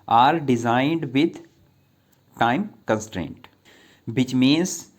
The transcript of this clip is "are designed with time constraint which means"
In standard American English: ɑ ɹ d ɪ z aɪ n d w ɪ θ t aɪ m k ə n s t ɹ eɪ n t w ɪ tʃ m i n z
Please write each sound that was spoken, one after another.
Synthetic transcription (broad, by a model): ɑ ɹ d ɪ z aɪ n d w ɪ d t aɪ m k ə n s t ɹ eɪ n t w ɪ tʃ m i n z